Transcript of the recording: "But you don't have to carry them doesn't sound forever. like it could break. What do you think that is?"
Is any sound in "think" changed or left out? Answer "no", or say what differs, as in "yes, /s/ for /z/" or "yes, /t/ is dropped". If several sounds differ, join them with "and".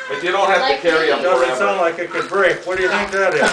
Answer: no